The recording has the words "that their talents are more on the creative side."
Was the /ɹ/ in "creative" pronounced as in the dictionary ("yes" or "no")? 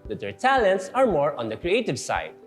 yes